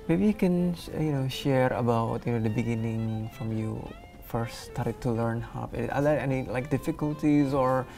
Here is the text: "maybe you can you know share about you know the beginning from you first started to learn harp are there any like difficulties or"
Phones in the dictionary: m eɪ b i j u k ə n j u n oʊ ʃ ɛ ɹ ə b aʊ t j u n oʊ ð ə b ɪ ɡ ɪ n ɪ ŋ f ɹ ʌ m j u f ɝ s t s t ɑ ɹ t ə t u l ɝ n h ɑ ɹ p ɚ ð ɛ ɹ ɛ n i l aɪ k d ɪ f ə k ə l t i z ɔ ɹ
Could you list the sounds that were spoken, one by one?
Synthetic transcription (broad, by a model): m eɪ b i j u k ə n j u n oʊ ʃ ɛ ɹ ə b aʊ t j u n oʊ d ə b ɪ ɡ ɪ n ɪ ŋ f ɹ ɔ m j u f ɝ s s t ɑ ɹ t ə t u l ɝ n h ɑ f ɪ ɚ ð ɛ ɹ ɛ n i l aɪ k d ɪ f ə k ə l t i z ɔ ɹ